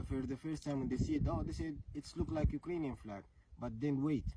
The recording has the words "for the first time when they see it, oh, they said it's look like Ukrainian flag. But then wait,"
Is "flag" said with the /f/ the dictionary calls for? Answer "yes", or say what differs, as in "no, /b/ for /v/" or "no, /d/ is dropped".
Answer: yes